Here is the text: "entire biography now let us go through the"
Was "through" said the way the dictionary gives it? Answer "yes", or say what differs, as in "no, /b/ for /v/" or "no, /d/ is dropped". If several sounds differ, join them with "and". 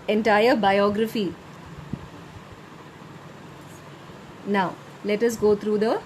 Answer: no, /t/ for /θ/